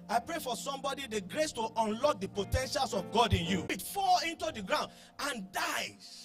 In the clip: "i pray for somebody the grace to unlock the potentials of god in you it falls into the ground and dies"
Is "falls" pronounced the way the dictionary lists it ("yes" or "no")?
no